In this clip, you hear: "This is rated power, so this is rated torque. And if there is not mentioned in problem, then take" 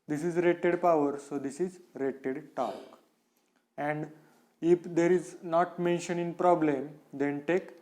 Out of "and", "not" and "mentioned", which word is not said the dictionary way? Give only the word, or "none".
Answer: mentioned